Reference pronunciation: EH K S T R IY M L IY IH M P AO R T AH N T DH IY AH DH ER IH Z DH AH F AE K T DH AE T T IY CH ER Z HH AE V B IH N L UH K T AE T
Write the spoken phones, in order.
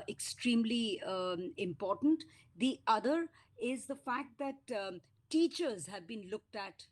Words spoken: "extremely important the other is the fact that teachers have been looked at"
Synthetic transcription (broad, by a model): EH K S T R IY M L IY IH M P AO R T AH N T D IY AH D ER IH Z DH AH F AE K T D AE T T IY CH ER Z HH AE V B IH N L UH K T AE T